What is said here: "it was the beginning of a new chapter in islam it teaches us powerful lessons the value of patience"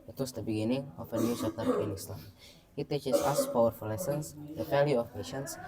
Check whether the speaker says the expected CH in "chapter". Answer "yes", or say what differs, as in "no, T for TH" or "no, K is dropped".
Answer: no, S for CH